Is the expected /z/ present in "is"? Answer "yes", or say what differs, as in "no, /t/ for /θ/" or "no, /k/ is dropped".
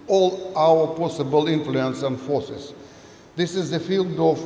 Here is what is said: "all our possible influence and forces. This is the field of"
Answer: yes